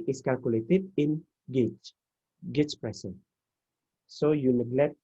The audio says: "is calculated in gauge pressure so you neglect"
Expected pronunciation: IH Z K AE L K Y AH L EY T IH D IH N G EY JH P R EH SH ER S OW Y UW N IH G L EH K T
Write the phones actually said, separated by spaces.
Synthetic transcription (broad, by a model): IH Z K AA L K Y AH L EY T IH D IH N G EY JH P R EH S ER S OW Y UW N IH G L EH K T